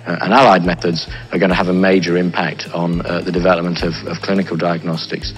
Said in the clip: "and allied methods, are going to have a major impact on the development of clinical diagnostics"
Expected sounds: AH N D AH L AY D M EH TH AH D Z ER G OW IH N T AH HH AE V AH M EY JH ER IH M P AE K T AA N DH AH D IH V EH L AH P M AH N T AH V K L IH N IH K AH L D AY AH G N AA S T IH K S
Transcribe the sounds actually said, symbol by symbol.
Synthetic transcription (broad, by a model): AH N AH L AY D M EH TH AH D Z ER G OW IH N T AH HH V AH M EY JH ER IH M P AE K T N DH AH D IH V EH L AH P M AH N T AH V K L IH N IH K AH L D AY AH G N AA S T IH K S